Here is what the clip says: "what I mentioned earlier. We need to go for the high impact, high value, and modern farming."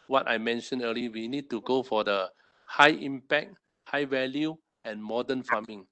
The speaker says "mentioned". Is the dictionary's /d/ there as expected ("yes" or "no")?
no